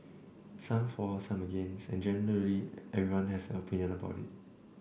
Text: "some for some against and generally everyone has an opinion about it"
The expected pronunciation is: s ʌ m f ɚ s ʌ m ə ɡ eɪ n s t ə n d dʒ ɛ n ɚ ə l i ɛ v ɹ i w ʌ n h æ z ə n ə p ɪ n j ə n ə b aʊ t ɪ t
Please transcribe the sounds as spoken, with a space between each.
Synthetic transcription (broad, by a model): s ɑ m f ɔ s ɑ m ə ɡ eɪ n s ə n dʒ ɛ n ɚ ə l i ɛ v ɹ i w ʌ n h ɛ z ə n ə p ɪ n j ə n ə b aʊ t ɪ t